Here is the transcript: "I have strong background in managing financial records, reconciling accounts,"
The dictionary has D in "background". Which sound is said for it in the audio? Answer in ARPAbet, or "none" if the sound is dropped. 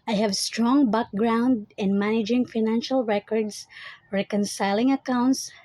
D